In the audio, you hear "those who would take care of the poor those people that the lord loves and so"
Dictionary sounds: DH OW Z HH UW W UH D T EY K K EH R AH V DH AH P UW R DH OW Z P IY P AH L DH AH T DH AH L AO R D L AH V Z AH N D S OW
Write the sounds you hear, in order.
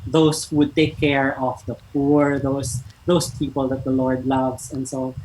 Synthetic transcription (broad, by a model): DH OW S HH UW W UH D T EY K K EH R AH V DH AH P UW R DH OW S P IY P AH L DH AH T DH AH L AO R D L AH V S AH N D S OW